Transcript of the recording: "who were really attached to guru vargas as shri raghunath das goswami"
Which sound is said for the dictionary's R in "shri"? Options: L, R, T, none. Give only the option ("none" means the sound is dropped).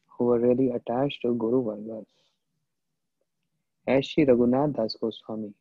none